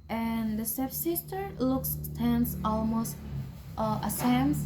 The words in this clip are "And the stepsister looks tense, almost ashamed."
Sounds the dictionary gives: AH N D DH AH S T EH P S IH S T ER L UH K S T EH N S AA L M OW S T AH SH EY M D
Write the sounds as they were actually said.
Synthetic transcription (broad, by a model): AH N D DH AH S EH F S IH S T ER L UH K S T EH N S AA L M OW S T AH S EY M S